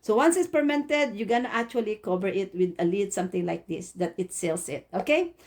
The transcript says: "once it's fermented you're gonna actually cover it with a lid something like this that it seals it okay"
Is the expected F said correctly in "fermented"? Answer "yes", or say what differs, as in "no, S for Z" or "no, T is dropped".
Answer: no, P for F